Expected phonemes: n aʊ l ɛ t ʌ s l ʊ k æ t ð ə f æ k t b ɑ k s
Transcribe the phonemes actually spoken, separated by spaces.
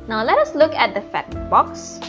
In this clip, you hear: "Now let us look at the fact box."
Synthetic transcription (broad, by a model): n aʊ l ɛ t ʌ s l ʊ k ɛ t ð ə f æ t b ɑ k s